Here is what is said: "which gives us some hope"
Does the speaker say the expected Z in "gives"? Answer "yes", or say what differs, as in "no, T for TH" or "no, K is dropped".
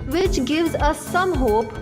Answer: yes